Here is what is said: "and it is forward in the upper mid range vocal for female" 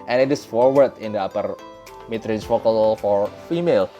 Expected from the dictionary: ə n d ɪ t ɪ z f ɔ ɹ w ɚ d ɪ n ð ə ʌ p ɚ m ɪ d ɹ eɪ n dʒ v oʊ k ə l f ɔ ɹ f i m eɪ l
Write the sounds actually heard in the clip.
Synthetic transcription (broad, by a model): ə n ɪ t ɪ s f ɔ ɹ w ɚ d ɪ n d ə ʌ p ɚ m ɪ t ɹ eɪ dʒ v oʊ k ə l f ɔ ɹ f i m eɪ l